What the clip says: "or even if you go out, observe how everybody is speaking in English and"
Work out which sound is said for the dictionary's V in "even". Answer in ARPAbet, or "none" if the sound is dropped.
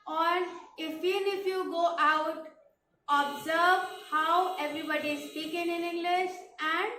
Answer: F